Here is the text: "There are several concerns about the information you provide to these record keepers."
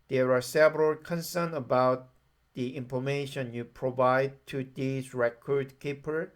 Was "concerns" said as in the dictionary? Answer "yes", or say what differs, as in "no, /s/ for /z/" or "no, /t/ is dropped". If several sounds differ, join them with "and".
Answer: no, /z/ is dropped